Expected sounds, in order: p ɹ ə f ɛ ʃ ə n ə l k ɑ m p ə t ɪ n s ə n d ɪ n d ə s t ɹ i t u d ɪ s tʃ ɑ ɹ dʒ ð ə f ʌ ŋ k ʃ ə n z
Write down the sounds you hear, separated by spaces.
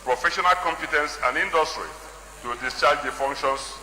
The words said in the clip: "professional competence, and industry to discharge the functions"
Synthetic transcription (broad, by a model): p ɹ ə f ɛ ʃ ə n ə l k ɑ m p ə t ɪ n s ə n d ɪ n d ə s t ɹ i t u d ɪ s tʃ ɑ dʒ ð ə f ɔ ŋ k ʃ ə n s